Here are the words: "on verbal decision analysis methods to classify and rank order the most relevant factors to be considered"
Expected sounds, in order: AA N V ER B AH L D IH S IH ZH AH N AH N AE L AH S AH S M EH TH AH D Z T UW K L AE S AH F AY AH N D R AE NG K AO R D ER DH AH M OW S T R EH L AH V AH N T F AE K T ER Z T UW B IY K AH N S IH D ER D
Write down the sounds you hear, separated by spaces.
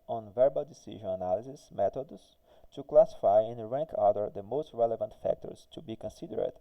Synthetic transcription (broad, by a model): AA N V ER B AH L D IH S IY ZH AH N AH N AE L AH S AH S M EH T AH D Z T UW K L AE S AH F AY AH N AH R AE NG K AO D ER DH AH M OW S T R EH L AH V AH N T F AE K T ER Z T UW B IY K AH N S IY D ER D